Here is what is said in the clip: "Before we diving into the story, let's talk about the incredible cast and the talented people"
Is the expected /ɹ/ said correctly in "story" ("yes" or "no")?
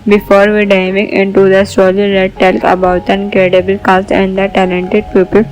no